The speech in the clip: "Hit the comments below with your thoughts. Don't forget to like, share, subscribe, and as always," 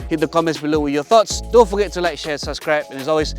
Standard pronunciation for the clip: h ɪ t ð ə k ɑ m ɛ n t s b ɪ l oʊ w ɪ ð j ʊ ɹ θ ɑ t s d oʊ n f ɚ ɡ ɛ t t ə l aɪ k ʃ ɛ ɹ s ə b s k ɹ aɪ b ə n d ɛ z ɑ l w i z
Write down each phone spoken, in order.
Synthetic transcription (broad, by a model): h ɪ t ð ə k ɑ m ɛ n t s b ɪ l oʊ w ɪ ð j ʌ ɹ θ ɑ t s d oʊ n f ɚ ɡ ɛ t t ə l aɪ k ʃ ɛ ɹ s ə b s k ɹ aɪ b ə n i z ɑ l w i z